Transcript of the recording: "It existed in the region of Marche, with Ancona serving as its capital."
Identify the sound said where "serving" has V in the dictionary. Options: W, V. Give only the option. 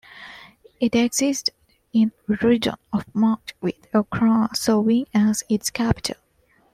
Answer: W